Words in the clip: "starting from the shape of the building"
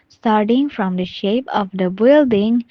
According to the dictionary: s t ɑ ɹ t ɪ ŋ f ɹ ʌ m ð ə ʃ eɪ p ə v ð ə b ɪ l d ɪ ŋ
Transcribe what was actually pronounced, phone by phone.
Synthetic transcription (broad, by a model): s t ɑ ɹ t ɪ ŋ f ɹ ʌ m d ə ʃ eɪ p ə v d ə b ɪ l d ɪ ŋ